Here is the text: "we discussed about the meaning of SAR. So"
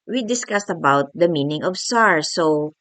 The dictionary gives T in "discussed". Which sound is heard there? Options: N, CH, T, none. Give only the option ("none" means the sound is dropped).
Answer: T